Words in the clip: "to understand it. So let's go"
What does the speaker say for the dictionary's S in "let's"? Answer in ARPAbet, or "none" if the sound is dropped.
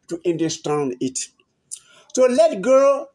none